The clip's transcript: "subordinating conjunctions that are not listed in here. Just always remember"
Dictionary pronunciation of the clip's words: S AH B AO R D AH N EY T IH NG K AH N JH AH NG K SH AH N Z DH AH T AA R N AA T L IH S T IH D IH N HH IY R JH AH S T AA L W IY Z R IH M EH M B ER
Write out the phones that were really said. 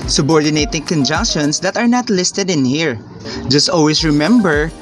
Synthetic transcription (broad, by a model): S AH B AO R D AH N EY T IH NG K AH N JH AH NG K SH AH N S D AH T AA R N AA T L IH S T IH D IH N HH IY R JH AH S T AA L W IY S R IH M EH M B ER